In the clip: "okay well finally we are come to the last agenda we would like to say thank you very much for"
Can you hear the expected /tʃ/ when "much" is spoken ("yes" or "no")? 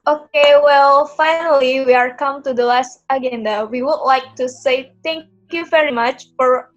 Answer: yes